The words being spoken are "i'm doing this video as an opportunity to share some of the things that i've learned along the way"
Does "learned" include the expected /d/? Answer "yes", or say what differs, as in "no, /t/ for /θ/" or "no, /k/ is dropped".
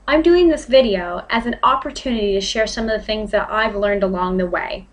yes